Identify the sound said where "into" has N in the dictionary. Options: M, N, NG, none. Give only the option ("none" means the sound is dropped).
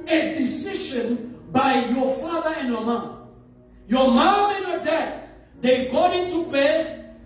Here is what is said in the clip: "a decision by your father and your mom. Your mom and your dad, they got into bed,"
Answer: N